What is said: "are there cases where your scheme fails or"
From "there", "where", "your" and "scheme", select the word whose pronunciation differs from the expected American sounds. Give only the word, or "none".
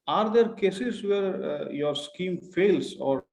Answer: none